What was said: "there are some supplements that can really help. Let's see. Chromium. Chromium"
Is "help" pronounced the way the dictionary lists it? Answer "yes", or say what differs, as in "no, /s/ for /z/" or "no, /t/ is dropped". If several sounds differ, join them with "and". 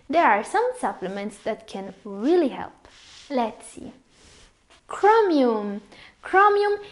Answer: yes